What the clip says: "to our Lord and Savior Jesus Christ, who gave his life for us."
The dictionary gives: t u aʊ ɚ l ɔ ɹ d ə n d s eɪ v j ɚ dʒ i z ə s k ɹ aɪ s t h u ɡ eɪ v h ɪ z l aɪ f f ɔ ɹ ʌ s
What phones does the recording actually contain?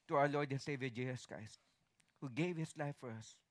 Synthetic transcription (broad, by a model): t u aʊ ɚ l ɔ ɹ d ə n s eɪ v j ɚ dʒ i s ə s k ɹ aɪ s t h u ɡ eɪ v h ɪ s l aɪ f f ɔ ɹ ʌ s